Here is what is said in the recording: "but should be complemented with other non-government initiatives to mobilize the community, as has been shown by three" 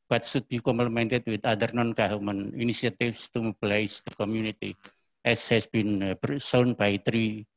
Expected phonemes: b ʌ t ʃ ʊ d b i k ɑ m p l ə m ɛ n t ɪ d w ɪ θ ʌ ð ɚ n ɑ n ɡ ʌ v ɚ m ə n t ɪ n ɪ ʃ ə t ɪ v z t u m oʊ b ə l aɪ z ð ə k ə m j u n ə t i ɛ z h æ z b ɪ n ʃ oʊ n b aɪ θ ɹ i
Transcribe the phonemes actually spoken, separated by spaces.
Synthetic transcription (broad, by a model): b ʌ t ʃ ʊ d b i k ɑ m p l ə m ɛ n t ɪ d w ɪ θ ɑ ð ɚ n ɑ n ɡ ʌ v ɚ m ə n ɪ n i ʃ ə t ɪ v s t u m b l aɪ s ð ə k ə m j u n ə t i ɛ s h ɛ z b ɪ n s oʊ n b aɪ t ɹ i